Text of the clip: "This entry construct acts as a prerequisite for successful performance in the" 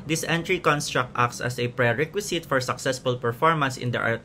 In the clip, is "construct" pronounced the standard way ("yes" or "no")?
yes